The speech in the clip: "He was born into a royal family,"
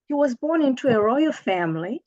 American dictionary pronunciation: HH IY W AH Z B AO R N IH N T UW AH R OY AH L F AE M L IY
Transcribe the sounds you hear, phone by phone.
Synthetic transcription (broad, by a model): HH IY W AH Z B AO R N IH N T UW AH R OY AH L F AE M L IY